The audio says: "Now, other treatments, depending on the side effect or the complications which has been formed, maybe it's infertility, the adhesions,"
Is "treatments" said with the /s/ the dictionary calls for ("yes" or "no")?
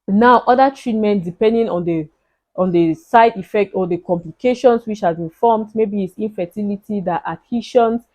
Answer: no